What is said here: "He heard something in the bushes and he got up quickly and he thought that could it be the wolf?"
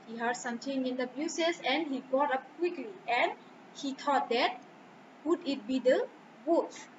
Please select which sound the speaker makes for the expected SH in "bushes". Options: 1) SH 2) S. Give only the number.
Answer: 2